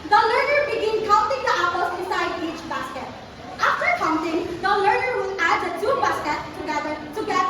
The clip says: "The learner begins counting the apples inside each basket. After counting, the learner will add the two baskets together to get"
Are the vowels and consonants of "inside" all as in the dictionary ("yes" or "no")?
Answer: no